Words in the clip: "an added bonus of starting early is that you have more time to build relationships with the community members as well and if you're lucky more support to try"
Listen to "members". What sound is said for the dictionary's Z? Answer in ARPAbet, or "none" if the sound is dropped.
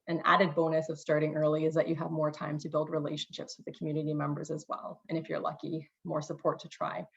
Z